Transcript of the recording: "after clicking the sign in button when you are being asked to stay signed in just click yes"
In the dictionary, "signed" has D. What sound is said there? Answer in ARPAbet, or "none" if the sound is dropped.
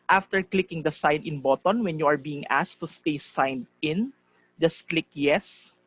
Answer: D